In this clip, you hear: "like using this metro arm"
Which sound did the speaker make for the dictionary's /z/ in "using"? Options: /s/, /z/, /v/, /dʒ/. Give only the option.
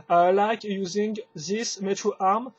/z/